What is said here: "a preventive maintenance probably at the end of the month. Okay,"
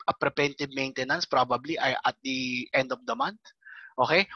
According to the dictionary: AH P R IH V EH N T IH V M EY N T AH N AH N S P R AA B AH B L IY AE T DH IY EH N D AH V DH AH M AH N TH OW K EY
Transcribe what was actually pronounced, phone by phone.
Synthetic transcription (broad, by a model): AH P R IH P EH N T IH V M EY N T AH N AH N S P R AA B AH B L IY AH T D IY EH N D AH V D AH M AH N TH OW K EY